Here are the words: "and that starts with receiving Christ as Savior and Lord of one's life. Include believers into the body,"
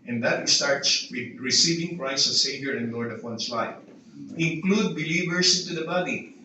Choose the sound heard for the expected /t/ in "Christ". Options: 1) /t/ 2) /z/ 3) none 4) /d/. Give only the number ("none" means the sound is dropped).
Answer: 3